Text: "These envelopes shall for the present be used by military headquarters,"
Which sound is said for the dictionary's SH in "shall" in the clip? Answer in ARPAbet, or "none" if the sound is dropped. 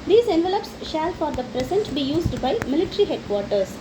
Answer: SH